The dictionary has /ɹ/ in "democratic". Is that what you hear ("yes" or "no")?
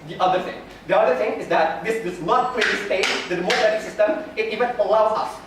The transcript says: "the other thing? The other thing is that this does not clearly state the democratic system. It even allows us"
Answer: no